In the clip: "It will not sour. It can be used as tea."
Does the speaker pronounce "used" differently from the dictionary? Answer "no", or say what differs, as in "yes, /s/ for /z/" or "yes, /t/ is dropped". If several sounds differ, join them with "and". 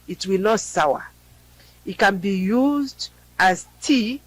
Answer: no